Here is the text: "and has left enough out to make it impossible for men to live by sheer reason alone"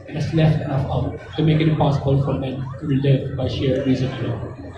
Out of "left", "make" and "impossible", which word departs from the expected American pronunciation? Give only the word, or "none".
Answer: impossible